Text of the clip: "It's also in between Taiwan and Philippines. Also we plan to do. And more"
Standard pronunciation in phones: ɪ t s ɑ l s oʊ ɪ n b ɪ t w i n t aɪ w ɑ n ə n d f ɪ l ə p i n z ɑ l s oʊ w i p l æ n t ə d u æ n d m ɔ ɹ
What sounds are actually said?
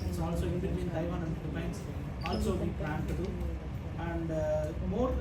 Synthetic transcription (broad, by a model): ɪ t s ɑ l s oʊ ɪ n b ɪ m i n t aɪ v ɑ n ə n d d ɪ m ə ɪ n s ɑ l s oʊ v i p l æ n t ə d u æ n d m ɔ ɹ